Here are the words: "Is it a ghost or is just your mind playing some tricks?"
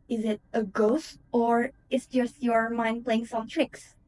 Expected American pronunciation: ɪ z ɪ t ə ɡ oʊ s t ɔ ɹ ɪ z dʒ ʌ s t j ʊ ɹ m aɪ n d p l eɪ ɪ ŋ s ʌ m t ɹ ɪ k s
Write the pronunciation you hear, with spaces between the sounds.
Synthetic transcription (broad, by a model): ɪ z ɪ t ə ɡ oʊ s t ɔ ɹ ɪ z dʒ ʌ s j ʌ ɹ m aɪ n d p l eɪ ɪ ŋ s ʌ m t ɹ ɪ k s